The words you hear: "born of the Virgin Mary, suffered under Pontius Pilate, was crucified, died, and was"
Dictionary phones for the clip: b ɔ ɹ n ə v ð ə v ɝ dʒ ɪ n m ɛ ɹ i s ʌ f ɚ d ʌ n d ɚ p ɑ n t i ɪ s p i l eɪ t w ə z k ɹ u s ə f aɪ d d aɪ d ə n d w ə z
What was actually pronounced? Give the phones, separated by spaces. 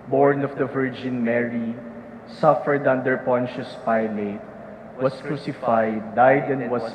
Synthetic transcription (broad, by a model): b ɔ ɹ n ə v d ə v ɝ dʒ ɪ n m ɛ ɹ i s ʌ f ɚ d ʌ n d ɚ p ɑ n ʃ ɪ s p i l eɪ t w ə s k ɹ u s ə f aɪ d d aɪ d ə n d w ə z